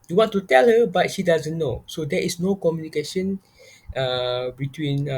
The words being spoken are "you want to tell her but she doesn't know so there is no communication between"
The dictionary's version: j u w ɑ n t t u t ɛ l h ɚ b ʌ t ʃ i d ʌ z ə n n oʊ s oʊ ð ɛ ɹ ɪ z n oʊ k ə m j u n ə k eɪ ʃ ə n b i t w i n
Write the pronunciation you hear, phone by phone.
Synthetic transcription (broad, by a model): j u w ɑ n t t u t ɛ l h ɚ b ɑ t ʃ i d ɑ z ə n n oʊ s oʊ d ɛ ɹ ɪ s n oʊ k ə m j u n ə k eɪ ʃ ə n b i t w i n